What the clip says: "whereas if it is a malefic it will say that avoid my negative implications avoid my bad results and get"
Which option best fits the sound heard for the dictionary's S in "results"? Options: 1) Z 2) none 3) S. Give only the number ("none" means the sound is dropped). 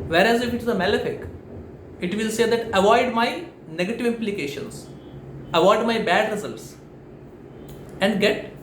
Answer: 3